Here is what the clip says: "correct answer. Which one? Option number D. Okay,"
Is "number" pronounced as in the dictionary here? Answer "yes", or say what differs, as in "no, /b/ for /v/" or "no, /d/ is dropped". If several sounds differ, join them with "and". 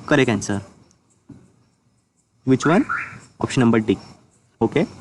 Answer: yes